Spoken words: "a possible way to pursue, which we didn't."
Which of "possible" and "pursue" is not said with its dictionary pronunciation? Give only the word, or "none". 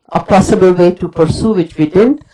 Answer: none